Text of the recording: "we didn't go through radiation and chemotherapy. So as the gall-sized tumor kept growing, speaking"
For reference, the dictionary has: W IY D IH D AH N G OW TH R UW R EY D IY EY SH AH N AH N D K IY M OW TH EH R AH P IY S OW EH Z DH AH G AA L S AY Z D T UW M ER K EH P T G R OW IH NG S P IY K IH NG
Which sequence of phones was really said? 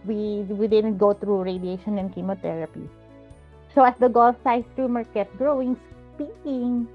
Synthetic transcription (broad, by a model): W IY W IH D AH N G OW T R UW R EY D IY EY SH AH N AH N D K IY M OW T EH R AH P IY S OW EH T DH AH G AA L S AY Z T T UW M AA K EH T G R OW IH NG S P IY K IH NG